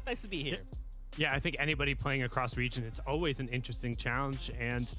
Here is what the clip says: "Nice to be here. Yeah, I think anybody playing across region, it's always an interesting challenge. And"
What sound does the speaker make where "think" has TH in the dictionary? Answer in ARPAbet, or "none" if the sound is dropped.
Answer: TH